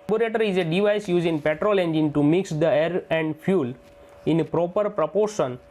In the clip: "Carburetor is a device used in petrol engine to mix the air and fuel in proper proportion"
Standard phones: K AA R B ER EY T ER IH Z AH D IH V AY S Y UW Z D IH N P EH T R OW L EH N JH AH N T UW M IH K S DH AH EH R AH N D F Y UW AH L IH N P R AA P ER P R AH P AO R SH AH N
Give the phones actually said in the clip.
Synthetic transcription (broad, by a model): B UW R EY T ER IH Z AH D IH V AY S Y UW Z IH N P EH T R OW L EH N JH AH N T UW M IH K S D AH EH R AH N D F Y UW L IH N P R AA P ER P R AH P AO R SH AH N